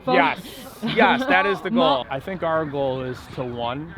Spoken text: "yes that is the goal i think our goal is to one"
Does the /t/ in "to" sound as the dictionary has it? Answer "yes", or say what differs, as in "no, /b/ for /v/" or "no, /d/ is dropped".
yes